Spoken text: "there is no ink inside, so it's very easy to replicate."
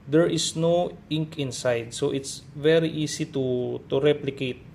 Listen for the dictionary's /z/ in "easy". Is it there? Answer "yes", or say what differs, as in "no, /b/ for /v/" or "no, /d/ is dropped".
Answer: no, /s/ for /z/